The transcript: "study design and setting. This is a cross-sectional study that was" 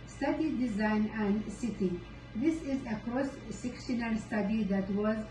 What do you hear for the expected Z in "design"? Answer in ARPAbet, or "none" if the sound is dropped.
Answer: Z